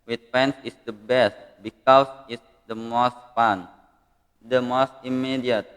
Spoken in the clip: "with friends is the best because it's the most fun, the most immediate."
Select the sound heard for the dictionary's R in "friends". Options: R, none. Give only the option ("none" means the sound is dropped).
none